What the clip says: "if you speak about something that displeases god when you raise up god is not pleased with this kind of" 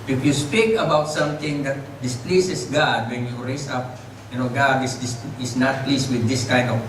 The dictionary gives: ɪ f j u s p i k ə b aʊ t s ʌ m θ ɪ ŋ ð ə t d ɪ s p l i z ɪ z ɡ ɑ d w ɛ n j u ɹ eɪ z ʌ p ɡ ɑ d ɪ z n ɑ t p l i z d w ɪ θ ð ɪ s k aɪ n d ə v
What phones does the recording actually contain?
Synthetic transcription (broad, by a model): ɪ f j u s p i k ə b aʊ t s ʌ m t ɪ ŋ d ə t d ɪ s p l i s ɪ s ɡ ɑ d w ɛ n j u ɹ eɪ s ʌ p ɡ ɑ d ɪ s n ɑ t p l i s w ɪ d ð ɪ s k aɪ n d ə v